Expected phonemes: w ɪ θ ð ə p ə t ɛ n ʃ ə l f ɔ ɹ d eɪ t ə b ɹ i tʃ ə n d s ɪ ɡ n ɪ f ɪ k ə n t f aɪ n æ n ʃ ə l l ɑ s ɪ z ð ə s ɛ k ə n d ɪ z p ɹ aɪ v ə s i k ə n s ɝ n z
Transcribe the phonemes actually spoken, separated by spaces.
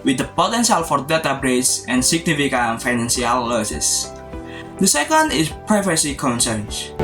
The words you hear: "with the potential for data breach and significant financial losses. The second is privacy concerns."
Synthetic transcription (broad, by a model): w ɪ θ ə p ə t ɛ n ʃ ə l f ɔ ɹ d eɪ t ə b ɹ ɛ s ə n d s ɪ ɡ n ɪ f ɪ k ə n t f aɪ n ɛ n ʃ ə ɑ l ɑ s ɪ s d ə s ɛ k ə n d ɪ s p ɹ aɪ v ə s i k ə n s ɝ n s